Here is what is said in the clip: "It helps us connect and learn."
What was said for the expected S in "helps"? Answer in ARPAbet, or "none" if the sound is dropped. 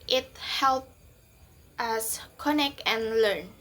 none